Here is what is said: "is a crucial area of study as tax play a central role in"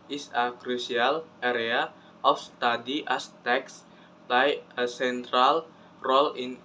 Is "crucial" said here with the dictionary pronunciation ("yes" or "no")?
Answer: no